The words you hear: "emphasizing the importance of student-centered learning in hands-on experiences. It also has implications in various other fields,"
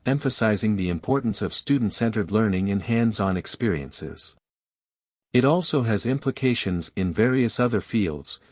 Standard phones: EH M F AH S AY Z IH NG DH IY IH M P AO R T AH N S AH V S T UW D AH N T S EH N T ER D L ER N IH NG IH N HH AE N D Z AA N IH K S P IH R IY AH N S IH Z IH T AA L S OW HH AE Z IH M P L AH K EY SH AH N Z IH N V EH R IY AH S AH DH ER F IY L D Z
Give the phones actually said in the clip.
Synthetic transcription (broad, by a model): EH M F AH S AY Z IH NG DH IY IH M P AO R T N S AH V S T UW D N T S EH N T ER D L ER N IH NG IH N HH AE N D Z N IH K S P IH R IY AH N S IH Z IH T AA L S OW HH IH Z IH M P L AH K EY SH AH N Z IH N V EH R IY AH S AH DH ER F IY L D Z